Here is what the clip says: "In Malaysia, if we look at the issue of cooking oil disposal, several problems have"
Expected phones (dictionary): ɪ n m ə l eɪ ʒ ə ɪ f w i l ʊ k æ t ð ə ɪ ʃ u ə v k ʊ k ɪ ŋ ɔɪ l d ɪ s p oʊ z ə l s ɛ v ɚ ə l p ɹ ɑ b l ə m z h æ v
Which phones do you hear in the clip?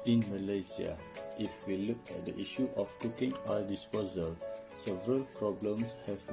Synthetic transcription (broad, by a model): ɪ n m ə l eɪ s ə ɪ f w i l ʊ k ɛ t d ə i ʃ u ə f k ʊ k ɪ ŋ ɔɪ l d ɪ s p oʊ z ə l s ɛ v ɚ ə l p ɹ ɑ b l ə m s h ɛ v